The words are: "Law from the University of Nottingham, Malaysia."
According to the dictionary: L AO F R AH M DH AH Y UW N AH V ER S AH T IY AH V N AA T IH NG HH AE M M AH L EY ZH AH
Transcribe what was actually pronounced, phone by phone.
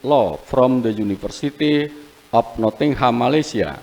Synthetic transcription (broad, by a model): L AO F R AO M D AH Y UW N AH F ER S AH T IY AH P N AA T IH NG HH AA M M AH L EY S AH